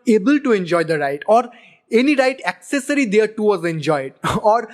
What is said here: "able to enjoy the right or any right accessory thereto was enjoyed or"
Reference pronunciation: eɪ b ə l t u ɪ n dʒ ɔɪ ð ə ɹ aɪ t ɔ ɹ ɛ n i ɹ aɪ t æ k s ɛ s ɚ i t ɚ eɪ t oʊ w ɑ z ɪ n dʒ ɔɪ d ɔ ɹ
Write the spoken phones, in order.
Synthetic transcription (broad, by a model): eɪ b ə l t u ɪ n dʒ ɔɪ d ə ɹ aɪ t ɔ ɹ ɛ n i ɹ aɪ t æ k s ɛ s ɚ i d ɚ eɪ t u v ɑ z ɪ n dʒ ɔɪ d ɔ ɹ